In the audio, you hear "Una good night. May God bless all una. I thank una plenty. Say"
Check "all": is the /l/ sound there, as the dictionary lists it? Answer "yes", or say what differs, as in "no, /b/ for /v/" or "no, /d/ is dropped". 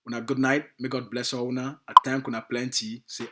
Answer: no, /w/ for /l/